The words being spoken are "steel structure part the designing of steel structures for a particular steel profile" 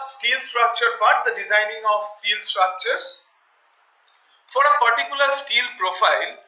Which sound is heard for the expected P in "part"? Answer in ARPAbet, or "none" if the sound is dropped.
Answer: B